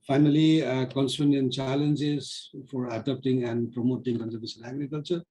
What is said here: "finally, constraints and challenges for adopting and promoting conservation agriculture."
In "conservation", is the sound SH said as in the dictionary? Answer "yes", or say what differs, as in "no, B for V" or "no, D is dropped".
no, S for SH